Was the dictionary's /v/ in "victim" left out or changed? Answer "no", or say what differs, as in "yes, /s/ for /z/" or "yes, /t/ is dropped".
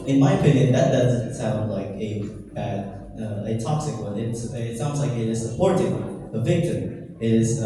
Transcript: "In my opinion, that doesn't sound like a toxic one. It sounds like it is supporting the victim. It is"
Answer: no